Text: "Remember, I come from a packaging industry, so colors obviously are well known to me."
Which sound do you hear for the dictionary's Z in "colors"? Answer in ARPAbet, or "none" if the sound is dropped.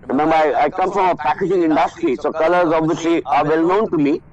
Z